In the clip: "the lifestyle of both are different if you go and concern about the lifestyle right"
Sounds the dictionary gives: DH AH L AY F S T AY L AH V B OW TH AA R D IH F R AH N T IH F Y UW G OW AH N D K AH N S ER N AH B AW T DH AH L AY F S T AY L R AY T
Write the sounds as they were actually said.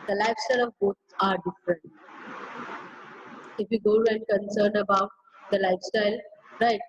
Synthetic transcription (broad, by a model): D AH L AY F S T AY L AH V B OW S AA R D IH F R AH N T IH F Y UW G OW AH N D K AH N S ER N AH B AW T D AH L AY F S T AY L R AY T